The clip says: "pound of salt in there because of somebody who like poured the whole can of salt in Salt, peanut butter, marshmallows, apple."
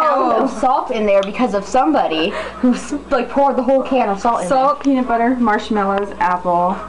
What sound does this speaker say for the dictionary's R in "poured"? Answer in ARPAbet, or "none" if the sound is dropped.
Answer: R